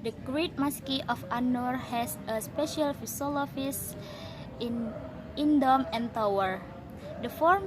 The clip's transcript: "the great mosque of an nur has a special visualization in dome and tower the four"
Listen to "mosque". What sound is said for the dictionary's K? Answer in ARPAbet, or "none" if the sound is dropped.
K